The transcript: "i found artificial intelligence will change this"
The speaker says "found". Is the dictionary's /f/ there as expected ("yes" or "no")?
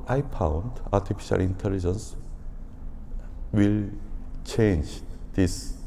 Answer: no